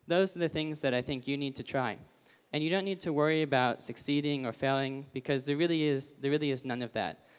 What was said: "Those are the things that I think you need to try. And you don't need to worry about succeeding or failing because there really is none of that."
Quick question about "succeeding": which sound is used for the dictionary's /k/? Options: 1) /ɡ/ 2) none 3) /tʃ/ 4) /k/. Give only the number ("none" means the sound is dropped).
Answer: 4